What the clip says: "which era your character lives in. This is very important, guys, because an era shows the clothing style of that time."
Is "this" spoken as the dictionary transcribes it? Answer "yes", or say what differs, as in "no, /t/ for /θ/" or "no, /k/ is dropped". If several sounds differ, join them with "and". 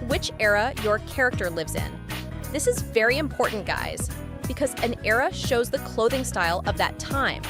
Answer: yes